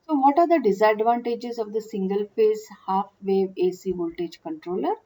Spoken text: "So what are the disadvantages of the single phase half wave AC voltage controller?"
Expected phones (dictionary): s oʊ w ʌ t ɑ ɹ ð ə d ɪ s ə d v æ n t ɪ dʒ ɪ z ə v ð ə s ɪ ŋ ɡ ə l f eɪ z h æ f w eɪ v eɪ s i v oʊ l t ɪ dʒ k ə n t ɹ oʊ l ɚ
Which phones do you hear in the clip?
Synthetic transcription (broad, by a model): s oʊ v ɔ t ɑ ɹ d ə d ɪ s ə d v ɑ n t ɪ dʒ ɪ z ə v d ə s ɪ ŋ ɡ ə l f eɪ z h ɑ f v eɪ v eɪ s i v oʊ l t ɪ dʒ k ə n t ɹ oʊ l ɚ